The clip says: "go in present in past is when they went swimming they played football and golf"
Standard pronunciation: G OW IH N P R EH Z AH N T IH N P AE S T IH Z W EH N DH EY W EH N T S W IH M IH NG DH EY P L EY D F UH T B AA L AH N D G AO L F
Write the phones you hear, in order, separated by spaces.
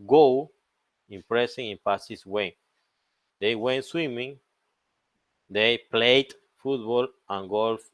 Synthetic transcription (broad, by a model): G OW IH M P R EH S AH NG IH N P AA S IH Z W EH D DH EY W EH N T S W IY M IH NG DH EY P L EY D F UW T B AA L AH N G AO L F